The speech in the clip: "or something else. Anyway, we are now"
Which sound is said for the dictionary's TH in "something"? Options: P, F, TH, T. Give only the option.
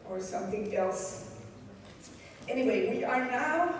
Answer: TH